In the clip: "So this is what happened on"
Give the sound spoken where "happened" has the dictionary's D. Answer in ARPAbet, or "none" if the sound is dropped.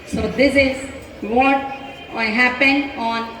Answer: none